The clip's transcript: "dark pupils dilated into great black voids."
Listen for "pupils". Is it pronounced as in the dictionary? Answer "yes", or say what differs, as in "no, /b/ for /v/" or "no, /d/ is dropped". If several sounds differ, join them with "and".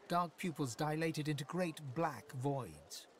yes